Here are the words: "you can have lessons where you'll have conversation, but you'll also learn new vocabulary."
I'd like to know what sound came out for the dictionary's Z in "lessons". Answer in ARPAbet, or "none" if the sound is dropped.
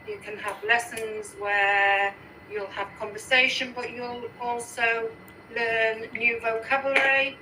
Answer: Z